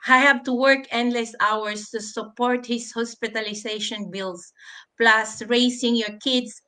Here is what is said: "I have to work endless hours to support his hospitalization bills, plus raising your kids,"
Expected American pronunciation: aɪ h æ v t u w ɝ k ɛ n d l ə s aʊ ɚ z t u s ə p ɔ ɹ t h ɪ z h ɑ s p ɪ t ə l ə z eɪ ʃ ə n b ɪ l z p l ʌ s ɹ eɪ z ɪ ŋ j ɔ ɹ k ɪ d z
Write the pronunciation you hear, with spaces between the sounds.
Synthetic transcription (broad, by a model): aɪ h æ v t u w ɝ k ɛ n d l ə s aʊ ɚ s t u s ə p ɔ ɹ t h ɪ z h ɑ s p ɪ t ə l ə s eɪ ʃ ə n b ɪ l s p l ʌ s ɹ eɪ s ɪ ŋ j ɔ ɹ k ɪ d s